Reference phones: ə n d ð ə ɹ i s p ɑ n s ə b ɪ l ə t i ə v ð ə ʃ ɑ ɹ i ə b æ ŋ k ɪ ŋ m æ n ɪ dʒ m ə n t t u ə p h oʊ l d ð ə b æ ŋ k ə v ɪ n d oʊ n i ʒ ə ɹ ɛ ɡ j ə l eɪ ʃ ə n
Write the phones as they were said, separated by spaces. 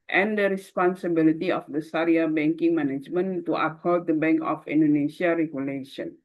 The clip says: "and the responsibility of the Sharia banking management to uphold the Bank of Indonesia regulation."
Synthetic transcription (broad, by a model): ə n d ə ɹ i s p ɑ n s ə b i l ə t i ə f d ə s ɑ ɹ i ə b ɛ ŋ k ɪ ŋ m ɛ n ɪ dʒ m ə n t t u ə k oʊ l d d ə b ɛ ŋ k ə f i n d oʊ n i ʃ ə ɹ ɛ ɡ j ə l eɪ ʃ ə n